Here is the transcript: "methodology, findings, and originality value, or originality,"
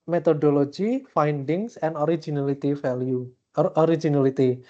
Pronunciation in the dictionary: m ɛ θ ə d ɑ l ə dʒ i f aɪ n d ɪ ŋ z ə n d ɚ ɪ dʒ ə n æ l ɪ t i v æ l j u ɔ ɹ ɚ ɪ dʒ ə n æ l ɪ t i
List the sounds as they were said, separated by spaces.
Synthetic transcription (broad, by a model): m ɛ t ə d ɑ l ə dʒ i f aɪ n d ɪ ŋ s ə n d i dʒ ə n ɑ l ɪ t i f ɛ l j u ɔ ɹ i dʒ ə n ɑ l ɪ t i